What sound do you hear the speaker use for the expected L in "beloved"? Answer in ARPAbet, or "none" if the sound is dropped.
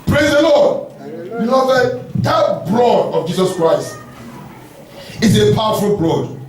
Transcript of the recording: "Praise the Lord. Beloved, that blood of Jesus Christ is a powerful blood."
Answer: N